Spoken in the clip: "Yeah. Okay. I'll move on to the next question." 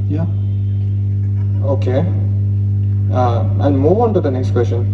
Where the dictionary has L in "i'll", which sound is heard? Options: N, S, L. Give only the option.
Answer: N